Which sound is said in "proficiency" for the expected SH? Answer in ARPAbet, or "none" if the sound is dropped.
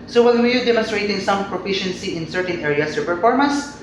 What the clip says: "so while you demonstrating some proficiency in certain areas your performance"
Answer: SH